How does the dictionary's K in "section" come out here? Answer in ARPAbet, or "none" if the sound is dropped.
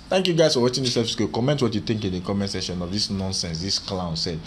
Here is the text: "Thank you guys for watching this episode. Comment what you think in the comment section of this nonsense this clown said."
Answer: none